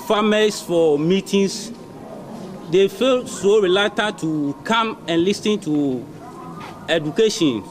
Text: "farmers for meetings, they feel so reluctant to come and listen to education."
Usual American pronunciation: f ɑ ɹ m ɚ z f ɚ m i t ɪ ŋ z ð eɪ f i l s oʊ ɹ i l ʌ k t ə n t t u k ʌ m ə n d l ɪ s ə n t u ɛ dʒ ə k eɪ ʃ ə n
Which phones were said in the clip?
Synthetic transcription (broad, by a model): f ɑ m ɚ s f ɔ m i t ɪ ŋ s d eɪ f i l s oʊ ɹ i l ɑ t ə n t t u k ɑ m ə n l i s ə n t u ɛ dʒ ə k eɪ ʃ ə n